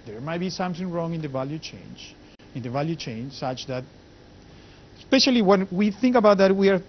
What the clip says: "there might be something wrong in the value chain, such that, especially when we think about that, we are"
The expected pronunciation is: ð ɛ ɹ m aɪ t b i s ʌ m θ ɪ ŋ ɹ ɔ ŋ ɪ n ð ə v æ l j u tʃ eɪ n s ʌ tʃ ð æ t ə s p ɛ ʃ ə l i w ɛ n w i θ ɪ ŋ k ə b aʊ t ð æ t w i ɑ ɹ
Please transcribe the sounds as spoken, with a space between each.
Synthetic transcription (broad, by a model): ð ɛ ɹ m aɪ t b i s ʌ m θ ɪ ŋ ɹ ɔ ŋ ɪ n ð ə v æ l j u tʃ eɪ n s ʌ tʃ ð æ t s p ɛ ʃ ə l i w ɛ n w i θ ɪ ŋ k ə b aʊ t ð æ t w i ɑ ɹ